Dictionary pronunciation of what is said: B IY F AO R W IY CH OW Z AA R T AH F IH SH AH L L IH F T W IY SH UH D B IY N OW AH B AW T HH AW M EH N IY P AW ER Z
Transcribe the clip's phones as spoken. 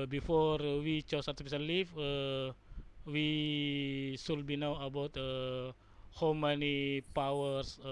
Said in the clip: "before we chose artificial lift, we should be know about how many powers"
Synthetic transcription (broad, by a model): B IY F AO R W IY CH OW S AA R T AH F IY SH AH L L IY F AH W IY S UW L B IY N OW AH B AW T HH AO M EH N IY P AW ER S